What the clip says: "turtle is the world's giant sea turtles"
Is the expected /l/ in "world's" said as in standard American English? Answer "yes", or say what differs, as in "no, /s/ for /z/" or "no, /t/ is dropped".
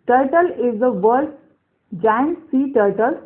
no, /l/ is dropped